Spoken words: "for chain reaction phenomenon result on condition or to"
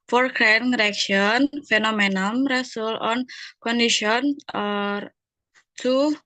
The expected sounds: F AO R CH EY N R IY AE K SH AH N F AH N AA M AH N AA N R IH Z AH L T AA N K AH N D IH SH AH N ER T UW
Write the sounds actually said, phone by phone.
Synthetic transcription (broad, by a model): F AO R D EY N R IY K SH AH N F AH N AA M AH N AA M R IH S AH L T AA N K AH N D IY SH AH N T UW